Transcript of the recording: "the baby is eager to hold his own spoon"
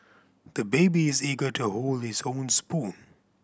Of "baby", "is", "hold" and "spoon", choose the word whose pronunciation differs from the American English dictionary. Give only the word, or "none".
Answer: none